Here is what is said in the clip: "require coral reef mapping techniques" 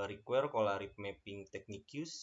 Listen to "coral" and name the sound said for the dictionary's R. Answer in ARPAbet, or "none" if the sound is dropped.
L